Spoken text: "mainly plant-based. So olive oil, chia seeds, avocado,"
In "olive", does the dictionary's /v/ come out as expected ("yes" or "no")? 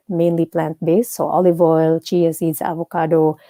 yes